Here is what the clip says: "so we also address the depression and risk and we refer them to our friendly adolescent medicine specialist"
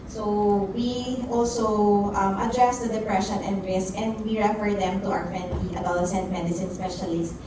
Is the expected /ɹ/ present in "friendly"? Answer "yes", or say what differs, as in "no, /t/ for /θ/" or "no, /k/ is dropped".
no, /ɹ/ is dropped